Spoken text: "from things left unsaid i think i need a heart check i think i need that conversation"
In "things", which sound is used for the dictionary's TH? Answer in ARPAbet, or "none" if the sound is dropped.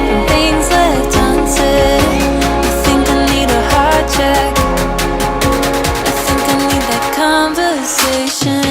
TH